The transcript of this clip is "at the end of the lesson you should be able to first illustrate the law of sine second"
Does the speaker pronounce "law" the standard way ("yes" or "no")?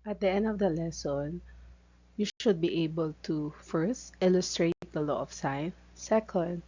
yes